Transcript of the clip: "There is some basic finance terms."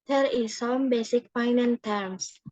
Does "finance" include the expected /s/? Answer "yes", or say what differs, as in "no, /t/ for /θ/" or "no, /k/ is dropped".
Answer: no, /s/ is dropped